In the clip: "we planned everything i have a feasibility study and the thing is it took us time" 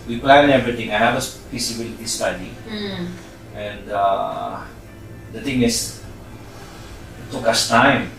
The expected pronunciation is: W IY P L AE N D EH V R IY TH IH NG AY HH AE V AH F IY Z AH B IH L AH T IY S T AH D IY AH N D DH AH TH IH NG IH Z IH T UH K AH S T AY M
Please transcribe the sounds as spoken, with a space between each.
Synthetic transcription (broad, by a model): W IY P L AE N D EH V R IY T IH NG AY HH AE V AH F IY S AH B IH L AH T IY S T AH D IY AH N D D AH T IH NG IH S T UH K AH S T AY M